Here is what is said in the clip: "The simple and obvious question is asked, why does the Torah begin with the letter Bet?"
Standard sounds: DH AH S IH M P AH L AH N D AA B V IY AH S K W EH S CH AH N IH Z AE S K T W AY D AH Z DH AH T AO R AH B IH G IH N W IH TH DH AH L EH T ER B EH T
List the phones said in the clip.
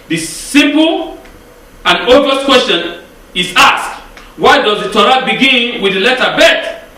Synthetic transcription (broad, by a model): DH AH S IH M P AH L AH N D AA V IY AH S K W EH S CH AH N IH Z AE S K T W AY D AH Z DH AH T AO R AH B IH G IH N W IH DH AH L EH T ER B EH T